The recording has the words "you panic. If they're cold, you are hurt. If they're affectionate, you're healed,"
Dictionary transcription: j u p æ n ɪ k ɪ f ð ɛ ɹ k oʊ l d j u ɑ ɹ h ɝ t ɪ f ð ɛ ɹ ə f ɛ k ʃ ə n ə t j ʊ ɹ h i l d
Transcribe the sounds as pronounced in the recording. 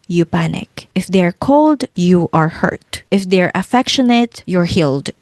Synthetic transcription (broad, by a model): j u p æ n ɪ k ɪ f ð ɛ ɹ k oʊ l d j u ɑ ɹ h ɝ t ɪ f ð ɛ ɹ ə f ɛ k ʃ ə n ə t j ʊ ɹ h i l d